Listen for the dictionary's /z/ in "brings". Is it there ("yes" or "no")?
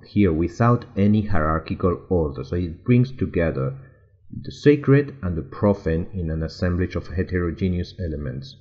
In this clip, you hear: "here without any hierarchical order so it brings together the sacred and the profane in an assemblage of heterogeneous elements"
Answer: no